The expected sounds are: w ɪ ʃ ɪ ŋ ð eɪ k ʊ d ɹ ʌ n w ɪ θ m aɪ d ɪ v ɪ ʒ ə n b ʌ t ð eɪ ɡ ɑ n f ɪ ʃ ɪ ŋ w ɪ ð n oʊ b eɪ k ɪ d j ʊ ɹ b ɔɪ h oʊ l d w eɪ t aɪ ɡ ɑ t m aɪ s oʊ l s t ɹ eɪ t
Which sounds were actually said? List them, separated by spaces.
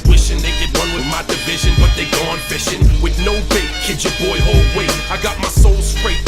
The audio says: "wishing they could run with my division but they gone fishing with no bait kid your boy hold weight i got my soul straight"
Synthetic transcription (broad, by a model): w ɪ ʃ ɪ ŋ ð eɪ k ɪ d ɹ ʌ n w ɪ m aɪ d ɪ v ɪ ʒ ə n b ʌ t ð eɪ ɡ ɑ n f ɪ ʃ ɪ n w ɪ ð n oʊ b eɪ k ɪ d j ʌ ɹ b ɔɪ h oʊ l d w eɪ aɪ ɡ ɑ t m aɪ s oʊ l s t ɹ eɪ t